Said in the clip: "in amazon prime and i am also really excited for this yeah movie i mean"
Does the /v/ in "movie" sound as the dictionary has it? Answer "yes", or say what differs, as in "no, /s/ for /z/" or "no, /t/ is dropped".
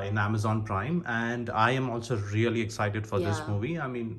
yes